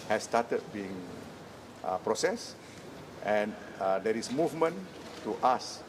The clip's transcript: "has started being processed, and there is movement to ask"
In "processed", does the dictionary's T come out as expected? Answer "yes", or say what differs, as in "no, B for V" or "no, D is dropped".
yes